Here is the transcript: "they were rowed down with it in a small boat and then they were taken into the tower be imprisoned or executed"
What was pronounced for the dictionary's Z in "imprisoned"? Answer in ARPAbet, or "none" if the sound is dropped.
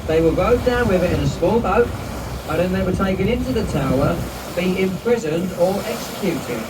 Z